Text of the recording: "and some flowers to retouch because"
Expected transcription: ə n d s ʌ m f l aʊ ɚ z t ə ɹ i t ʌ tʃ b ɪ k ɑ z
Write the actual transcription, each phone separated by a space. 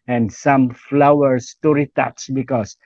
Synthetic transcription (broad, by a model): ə n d s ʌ m f l aʊ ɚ s t ə ɹ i t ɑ s b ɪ k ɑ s